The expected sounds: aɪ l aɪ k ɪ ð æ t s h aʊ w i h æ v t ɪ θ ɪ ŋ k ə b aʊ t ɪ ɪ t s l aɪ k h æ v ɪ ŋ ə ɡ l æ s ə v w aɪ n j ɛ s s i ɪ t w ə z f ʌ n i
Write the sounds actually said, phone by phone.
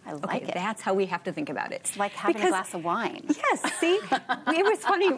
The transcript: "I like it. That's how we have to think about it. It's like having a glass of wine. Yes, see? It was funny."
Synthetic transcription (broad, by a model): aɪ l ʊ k ɪ ð æ t s h aʊ w i h æ f t ɪ θ ɪ ŋ k ə b aʊ t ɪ ɪ t s l aɪ k h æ b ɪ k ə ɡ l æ s ə v w aɪ n j ɛ s s i ɪ t w ə z f ʌ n i